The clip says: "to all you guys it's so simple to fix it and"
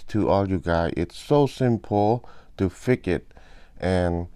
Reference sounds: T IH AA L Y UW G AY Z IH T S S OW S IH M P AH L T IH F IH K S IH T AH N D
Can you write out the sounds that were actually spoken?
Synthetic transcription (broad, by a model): T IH AA L Y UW G AY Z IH T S S OW S IH M P L T IH F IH K IH T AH N